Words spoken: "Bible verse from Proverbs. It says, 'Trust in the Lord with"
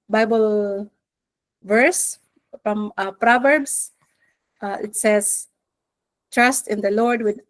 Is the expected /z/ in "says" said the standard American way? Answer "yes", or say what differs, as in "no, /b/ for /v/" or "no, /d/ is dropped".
no, /s/ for /z/